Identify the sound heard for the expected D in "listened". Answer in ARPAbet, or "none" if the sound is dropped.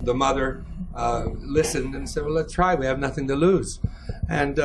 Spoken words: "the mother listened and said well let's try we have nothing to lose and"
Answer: D